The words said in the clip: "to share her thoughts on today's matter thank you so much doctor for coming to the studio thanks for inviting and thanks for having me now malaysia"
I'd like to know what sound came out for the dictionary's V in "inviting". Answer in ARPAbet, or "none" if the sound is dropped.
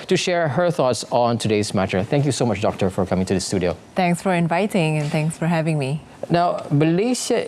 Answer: V